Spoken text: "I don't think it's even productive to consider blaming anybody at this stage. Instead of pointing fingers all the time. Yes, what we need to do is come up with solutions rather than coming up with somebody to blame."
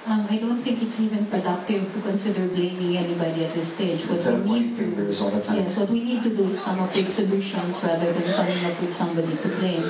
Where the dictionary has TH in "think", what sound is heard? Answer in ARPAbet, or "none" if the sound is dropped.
T